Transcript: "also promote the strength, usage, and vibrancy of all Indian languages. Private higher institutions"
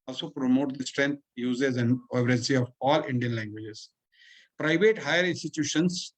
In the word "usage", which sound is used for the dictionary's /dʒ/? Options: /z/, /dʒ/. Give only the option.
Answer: /z/